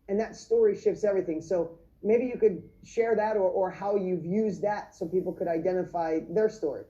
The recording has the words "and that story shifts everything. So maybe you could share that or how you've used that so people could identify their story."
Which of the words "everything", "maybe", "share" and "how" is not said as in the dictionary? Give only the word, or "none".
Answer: none